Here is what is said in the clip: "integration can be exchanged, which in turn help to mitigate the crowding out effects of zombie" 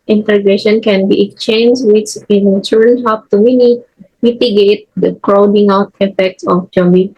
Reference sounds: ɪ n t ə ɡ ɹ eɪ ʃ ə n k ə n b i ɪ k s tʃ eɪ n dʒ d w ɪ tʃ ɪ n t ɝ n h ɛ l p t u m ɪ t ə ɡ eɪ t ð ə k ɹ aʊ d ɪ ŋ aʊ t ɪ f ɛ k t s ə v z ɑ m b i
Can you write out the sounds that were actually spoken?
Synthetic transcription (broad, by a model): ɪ n t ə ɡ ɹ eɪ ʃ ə n k ə n b i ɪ k s tʃ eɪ n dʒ w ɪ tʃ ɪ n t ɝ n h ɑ p t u m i t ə ɡ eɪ t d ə k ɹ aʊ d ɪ ŋ aʊ t ɪ f ɛ k t s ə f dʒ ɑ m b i